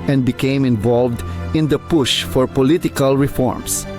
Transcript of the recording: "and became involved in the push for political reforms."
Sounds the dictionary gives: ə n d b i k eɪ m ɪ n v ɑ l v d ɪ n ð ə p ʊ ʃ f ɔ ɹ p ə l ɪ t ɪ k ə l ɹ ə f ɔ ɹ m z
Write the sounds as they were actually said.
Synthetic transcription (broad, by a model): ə n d b i k eɪ m ɪ n v ɑ l v d ɪ n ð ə p ʊ ʃ f ɔ ɹ p ə l ɪ t ɪ k ə l ɹ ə f ɔ ɹ m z